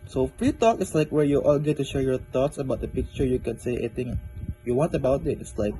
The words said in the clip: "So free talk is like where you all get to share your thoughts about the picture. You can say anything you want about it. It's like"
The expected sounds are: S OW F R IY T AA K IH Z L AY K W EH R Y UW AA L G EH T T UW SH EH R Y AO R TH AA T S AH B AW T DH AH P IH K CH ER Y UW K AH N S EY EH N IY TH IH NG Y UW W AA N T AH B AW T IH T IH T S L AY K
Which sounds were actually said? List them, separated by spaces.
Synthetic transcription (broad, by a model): S OW F R IY T AA K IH S L AY K W EH R Y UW AA L G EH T T UW SH EH R Y AO R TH AA T S AH B AW T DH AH P IH K CH ER Y UW K AH N S EY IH IY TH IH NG Y UW W AA N T AH B AW T IH T IH T S L AY K